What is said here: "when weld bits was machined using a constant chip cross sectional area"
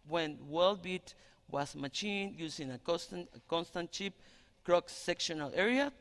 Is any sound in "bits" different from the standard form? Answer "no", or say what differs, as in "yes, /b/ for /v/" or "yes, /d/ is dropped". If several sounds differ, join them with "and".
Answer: yes, /s/ is dropped